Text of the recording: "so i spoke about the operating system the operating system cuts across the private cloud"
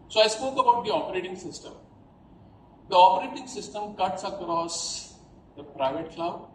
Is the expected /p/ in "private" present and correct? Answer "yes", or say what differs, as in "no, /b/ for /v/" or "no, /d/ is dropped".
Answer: yes